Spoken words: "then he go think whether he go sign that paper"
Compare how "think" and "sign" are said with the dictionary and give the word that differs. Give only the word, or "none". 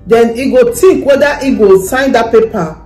think